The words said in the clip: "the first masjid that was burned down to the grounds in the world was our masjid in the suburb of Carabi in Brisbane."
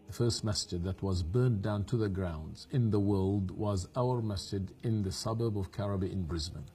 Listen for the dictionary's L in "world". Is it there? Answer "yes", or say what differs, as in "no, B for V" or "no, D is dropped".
yes